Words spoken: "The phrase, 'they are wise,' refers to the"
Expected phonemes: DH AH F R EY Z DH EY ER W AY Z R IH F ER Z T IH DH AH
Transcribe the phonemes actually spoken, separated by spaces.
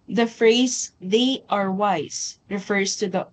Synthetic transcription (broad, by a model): DH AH F R EY Z DH EY ER W AY Z R IH F ER Z T IH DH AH